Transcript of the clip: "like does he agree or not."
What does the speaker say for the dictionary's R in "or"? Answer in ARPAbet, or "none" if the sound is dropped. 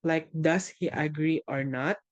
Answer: R